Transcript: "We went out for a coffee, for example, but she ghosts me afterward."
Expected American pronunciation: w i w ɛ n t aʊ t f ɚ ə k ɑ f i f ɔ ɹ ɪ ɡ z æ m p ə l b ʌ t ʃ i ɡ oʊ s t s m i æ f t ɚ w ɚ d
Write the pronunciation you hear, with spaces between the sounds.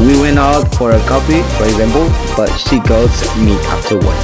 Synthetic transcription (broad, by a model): w i w ɛ n t aʊ t f ɚ ə k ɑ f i f ɔ ɹ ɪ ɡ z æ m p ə l b ʌ t ʃ i ɡ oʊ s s m i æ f t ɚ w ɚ